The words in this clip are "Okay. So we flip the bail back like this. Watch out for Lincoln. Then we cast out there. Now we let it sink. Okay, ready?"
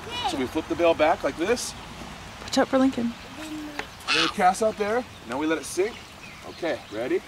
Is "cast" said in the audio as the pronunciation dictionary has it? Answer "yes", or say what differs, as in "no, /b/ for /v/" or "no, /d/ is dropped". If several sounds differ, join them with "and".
no, /t/ is dropped